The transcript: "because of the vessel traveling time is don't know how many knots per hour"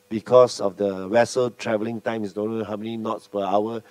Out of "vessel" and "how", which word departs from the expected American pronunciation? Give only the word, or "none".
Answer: vessel